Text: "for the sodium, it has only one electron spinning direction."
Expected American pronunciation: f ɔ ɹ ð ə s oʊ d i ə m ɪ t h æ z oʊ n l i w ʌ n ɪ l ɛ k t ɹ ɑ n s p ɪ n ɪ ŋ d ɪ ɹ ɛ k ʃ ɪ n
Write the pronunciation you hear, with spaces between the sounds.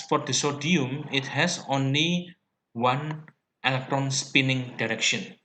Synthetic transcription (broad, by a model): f ɔ ɹ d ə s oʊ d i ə m ɪ t h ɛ s oʊ n l i w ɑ n ɪ l ɛ k t ɹ ɑ n s p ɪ n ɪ ŋ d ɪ ɹ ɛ k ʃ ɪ n